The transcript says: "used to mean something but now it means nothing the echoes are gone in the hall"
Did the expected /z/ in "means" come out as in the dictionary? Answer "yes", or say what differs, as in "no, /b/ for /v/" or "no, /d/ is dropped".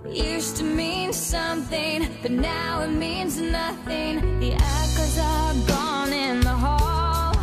yes